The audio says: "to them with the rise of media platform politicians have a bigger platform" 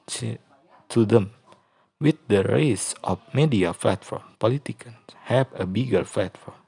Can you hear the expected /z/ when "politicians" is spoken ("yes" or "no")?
no